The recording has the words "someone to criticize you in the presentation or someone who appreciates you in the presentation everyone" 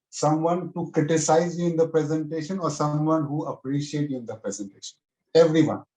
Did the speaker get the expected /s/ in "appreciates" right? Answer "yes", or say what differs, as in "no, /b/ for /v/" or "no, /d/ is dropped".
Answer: no, /s/ is dropped